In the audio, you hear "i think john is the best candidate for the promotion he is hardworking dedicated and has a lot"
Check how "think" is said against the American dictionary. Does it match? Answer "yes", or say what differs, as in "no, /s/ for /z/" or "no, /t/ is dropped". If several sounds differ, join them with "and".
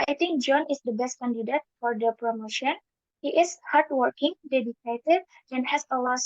no, /t/ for /θ/